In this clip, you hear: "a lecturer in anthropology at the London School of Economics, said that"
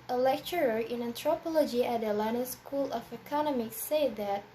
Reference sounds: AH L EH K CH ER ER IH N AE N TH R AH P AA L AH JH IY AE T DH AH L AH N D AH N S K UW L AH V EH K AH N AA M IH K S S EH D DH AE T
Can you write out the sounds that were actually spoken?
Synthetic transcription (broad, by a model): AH L EH K CH ER ER IH N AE N T R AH P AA L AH JH IY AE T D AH L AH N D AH S K UW L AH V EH K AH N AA M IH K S S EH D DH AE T